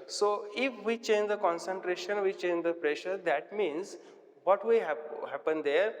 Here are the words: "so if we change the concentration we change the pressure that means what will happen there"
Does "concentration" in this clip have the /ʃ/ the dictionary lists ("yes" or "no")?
yes